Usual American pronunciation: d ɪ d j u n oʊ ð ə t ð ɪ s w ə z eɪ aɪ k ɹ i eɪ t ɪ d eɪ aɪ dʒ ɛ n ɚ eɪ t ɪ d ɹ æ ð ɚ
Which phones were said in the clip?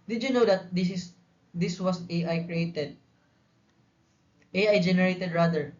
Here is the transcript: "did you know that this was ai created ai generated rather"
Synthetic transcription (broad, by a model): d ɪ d j u n oʊ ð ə t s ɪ s w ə s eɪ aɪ k ɹ i eɪ t ɪ d eɪ aɪ dʒ ɛ n ɚ eɪ t ɪ d ɹ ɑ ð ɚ